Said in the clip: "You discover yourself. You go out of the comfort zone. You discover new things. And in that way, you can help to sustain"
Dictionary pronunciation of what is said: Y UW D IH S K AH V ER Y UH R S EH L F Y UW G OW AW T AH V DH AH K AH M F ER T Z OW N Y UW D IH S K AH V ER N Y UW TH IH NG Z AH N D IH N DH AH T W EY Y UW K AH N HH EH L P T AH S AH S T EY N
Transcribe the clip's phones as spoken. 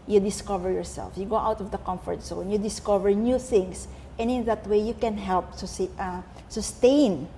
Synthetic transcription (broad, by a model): Y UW D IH S K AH V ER Y UH R S EH L F Y UW G OW AW T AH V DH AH K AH M F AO T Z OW N Y UW D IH S K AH V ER N Y UW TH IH NG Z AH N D IH N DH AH T W EY Y UW K AH N HH EH L P S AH S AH S T EY N